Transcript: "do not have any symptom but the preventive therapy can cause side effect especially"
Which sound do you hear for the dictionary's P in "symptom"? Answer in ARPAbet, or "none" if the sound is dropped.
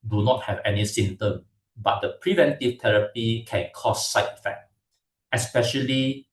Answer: none